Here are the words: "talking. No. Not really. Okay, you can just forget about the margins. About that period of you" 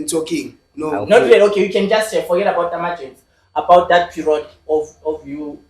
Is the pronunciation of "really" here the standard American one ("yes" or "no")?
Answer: no